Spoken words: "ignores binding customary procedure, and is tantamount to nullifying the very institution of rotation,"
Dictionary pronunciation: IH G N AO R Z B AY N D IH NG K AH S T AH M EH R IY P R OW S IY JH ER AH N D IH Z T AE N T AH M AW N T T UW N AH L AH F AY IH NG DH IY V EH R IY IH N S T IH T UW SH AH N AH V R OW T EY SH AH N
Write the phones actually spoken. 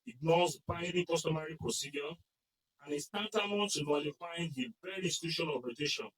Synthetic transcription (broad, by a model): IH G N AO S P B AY D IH K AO S T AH M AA R IY P R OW S IY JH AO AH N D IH S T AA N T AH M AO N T T UW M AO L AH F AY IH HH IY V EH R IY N S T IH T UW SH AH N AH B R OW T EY SH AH N